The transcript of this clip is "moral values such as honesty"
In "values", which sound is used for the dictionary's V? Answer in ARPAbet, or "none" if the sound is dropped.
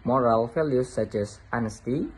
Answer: F